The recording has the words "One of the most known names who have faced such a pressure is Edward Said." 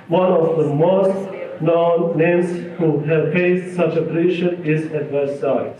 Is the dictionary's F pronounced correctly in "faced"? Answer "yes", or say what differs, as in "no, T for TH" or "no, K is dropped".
no, P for F